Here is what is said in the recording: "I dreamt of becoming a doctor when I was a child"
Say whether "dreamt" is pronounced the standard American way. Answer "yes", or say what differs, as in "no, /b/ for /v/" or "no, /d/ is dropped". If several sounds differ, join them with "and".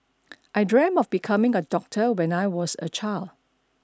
no, /t/ is dropped